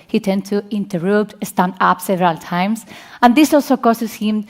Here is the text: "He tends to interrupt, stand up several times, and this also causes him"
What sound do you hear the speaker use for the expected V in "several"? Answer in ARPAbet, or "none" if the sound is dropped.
V